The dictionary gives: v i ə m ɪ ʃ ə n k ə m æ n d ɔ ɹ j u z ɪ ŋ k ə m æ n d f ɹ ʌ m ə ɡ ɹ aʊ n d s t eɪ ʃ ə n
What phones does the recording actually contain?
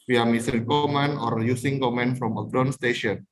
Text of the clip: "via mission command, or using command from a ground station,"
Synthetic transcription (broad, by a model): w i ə m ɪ s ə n k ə m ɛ n ɔ ɹ j u s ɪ ŋ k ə m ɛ n f ɹ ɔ m ə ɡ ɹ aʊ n s t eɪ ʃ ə n